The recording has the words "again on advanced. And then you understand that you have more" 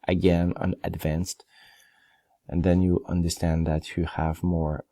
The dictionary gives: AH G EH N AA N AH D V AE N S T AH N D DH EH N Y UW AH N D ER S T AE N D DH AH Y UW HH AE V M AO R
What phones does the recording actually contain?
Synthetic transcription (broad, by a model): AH G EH N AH N AH D V AE N S T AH N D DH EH N Y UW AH N D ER S T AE N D DH AH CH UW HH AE V M AO R